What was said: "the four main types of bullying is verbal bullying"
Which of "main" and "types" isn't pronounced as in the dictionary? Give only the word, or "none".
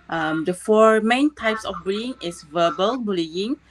none